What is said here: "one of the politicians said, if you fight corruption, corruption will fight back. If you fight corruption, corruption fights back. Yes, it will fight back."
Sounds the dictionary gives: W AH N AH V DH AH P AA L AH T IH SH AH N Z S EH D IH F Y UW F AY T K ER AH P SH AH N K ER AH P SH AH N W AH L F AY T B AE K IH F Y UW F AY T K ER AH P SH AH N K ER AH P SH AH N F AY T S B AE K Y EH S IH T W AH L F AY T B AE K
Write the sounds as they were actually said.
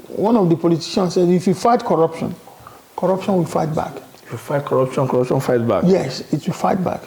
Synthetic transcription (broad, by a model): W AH N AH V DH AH P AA L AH T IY SH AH N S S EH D IH F Y UW F AY T K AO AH P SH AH N K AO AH P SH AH N W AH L F AY T B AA K IH F Y UW F AY T K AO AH P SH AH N K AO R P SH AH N F AY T B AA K Y EH S IH T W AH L F AY T B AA K